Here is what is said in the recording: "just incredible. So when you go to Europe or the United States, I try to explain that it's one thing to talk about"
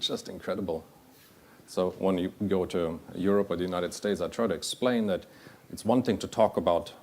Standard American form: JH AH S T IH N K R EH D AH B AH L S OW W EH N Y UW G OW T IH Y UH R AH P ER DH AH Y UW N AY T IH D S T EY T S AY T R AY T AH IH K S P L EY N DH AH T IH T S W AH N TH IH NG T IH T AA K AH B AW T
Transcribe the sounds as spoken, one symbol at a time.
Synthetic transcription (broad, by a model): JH AH S T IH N K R EH D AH B L S OW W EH N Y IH G OW T IH Y UH R AH P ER DH AH Y UW N AY T IH D S T EY T S AY T R AY T IH K S P L EY N DH AH T IH T S W AH N TH IH NG T IH T AA K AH B AW T